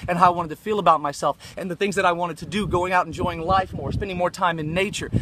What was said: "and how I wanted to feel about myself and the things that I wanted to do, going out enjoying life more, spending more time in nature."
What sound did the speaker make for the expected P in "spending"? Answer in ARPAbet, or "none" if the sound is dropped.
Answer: P